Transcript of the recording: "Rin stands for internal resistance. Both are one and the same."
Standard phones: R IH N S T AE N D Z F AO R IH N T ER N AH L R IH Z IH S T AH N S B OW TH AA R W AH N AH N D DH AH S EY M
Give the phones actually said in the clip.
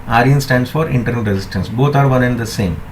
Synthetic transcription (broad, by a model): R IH N S T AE N D S F AO R IH N T ER N AH L R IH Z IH S T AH N S B OW T AA R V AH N AH N D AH S EY M